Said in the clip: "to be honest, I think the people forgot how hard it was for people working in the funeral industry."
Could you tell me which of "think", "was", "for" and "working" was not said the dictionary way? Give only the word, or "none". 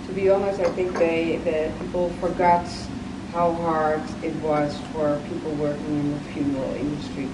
none